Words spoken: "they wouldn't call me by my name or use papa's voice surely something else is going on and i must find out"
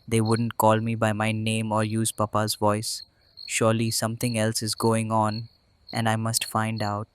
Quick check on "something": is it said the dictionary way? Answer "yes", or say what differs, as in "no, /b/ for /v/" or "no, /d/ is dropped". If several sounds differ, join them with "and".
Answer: no, /t/ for /θ/